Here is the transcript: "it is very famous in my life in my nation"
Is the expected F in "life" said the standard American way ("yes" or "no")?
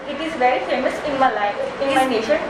no